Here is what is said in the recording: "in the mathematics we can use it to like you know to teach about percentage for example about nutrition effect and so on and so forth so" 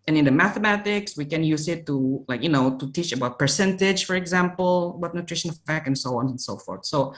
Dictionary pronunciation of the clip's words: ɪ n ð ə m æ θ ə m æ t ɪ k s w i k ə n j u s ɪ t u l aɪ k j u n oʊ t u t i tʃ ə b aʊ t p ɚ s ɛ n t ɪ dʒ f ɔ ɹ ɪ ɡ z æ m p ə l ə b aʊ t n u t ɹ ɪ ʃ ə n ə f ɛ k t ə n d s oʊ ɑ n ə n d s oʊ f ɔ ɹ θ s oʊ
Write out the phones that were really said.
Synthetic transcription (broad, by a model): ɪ n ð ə m æ θ ə m æ t ɪ k s w i k ə n j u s ɪ t u l aɪ k j u n oʊ t u t i tʃ ə b aʊ t p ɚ s ɛ n t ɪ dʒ f ɔ ɹ ɪ ɡ z æ m p ə l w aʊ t n u t ɹ ɪ ʃ ə n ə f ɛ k ə n s oʊ ɑ n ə n s oʊ f ɔ ɹ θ s oʊ